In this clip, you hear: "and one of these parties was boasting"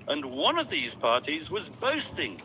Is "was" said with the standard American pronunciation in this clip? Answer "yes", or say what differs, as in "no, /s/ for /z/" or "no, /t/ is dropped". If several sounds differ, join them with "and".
yes